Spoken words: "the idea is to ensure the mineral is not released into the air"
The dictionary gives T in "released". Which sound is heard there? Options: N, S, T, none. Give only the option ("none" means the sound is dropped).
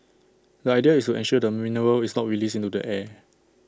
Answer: none